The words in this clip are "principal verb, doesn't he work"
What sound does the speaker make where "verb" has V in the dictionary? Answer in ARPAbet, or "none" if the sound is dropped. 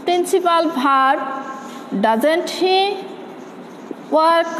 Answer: B